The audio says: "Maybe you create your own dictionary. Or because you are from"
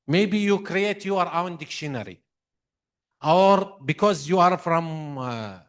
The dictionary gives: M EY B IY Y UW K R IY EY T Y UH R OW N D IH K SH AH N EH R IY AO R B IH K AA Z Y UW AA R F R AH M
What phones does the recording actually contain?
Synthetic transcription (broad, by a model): M EY B IY Y UW K R IY EY T Y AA R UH N D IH K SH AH N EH R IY AO R B IH K AA Z Y UW AA R F R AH M